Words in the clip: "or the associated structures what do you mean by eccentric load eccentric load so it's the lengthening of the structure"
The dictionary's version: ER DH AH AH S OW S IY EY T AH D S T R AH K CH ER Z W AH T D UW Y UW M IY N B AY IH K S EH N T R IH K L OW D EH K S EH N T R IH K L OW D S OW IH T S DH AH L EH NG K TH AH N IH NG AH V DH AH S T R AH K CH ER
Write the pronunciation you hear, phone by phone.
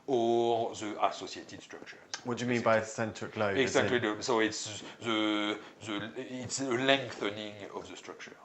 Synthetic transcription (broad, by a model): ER DH AH AH S OW S IY EY T AH D S T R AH K CH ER W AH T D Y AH M IY N B AY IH S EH N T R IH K L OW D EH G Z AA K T L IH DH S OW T S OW IH T S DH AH L EH NG K TH AH N IH NG AH V DH AH S T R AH K CH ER